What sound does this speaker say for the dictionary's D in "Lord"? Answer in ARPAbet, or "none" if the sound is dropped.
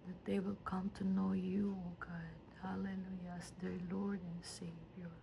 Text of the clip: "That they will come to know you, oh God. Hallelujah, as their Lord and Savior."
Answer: D